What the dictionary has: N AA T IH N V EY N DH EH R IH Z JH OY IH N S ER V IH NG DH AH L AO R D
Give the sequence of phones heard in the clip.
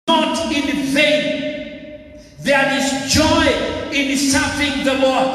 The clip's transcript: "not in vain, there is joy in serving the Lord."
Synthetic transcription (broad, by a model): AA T IH N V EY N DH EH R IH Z JH OY IH N S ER F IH NG DH AH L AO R